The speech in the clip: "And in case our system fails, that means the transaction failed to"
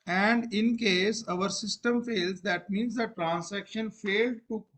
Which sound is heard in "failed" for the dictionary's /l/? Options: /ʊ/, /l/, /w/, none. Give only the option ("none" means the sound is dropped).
/l/